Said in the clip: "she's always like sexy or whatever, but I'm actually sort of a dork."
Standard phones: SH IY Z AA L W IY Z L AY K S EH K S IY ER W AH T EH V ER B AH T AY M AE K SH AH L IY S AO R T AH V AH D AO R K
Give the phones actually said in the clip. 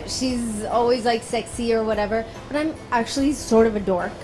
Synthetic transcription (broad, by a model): SH IY Z AA L W IY Z L AY K S EH K S IY ER W AH T EH V ER B AH T AY M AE K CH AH L IY S AO R T AH V AH D AO R